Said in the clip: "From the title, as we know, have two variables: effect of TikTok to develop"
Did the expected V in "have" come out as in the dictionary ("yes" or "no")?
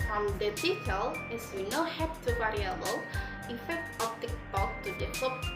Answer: no